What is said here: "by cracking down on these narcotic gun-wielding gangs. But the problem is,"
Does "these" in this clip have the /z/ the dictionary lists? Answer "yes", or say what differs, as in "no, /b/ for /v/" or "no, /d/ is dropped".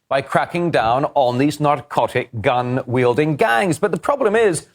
yes